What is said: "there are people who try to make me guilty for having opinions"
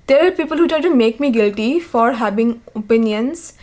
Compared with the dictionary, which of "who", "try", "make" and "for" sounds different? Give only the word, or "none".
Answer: try